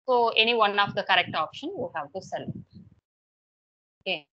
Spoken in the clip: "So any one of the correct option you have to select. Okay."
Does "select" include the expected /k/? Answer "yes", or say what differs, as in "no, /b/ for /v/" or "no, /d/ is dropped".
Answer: no, /k/ is dropped